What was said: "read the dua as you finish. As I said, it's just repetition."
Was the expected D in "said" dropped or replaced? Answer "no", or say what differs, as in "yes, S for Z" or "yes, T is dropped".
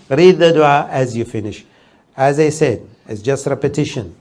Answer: no